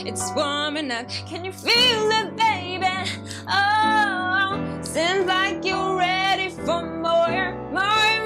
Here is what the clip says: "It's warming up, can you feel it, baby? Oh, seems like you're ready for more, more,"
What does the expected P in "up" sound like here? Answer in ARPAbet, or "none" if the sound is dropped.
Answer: F